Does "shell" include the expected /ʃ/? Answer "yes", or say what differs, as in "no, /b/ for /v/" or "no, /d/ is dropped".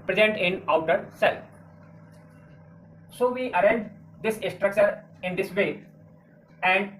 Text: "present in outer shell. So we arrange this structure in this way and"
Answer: no, /s/ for /ʃ/